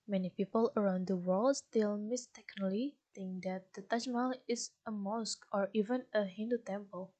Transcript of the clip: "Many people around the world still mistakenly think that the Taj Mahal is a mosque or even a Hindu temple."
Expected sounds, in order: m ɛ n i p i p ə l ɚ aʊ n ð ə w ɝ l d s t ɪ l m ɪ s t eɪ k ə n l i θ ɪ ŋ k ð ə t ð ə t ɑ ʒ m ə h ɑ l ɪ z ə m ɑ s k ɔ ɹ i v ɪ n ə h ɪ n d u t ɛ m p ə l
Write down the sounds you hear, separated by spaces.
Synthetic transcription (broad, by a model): m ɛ n i p i p ə l ɚ aʊ n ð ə w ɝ l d s t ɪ l m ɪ s t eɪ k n l i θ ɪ ŋ k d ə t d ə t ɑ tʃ m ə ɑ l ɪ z ə m ɑ s k ɔ ɹ i v ɪ n ə h ɪ n d u t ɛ m p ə l